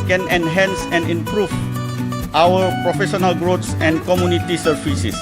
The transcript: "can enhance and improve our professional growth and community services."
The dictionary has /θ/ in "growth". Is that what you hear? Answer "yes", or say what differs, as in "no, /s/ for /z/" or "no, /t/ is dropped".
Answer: no, /s/ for /θ/